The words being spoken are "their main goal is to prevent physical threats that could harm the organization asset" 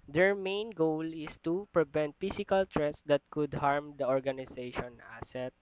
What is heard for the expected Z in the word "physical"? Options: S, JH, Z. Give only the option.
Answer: S